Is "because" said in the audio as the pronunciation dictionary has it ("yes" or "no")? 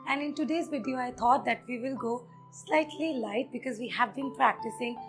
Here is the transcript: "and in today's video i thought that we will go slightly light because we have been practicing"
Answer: yes